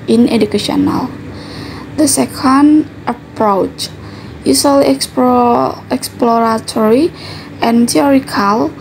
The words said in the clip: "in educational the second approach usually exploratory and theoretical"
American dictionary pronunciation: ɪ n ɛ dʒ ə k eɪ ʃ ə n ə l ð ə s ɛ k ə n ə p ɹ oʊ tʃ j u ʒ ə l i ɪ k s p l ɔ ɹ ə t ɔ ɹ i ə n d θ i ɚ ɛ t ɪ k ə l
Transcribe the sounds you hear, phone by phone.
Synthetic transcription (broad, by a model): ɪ n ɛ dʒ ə k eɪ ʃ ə n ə l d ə s ɛ k ə n ə p ɹ oʊ tʃ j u s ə l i ɪ k s p l ɔ ɹ ə t ɔ ɹ i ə n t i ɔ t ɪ k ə l